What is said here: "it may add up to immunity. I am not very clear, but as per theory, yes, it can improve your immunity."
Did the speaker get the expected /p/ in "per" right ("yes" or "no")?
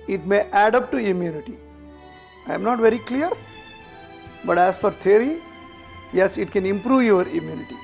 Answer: no